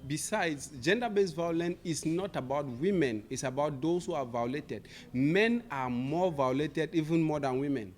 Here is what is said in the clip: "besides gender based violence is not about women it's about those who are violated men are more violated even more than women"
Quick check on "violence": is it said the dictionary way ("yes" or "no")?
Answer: no